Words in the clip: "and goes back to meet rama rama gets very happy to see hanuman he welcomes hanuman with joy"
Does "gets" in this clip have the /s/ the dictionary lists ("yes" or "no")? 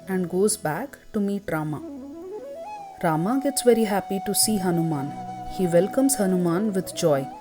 yes